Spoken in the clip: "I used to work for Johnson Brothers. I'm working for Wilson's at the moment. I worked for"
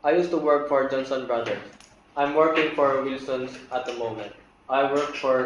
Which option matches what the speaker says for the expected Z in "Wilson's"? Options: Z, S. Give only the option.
S